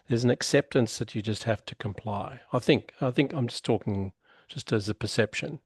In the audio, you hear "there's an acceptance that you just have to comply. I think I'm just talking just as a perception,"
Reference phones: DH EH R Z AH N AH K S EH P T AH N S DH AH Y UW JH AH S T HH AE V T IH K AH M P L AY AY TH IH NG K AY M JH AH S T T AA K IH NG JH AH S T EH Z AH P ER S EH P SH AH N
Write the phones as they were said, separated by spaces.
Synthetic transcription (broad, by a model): DH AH R Z N AH K S EH P T AH N S DH AH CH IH JH AH S T HH AE F T IH K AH M P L AY AY TH IH NG K AY M JH AH S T T AA K IH NG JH AH S T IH Z AH P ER S EH P SH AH N